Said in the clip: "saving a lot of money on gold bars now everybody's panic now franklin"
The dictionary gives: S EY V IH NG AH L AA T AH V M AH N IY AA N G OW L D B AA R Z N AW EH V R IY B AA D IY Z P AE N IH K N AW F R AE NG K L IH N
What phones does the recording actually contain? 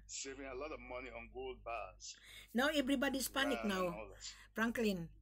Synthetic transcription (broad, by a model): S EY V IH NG AH L AA T AH V M AH N IY AA N G OW L D B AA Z N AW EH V R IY B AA D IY S P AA N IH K N AW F R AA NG K L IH N